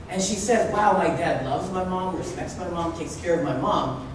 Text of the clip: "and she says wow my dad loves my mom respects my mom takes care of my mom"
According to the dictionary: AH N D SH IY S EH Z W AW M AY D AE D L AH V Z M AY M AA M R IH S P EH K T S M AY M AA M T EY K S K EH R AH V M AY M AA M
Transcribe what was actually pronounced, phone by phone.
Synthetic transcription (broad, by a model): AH N SH IY S EH Z W AW M AY D AE D L AH V Z M AY M AA M R IH S P EH K T S M AY M AA M T EY K S K EH R AH V M AY M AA M